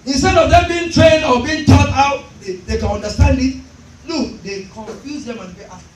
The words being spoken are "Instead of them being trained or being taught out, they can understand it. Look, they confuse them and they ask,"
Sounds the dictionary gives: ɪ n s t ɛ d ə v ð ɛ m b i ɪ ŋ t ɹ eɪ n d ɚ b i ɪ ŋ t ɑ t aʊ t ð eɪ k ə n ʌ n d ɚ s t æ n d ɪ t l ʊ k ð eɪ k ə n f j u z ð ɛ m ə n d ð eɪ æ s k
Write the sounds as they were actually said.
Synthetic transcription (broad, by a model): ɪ n s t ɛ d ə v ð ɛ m b i ɪ ŋ t ɹ eɪ n d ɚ b i ɪ ŋ t ɑ t aʊ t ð eɪ k ə n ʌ n d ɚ s t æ n d ɪ t n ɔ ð eɪ k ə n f j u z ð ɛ m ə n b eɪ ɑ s